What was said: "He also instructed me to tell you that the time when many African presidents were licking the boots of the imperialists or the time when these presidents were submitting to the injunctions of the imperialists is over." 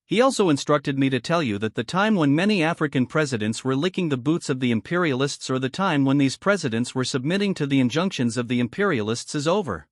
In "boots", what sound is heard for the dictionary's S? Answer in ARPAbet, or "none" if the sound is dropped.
S